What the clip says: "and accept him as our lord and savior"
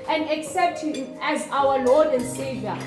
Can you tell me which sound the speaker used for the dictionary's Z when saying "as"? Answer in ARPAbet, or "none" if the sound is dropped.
Z